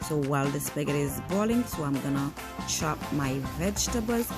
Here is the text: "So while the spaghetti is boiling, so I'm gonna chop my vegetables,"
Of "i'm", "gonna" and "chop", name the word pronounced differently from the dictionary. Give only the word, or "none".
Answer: chop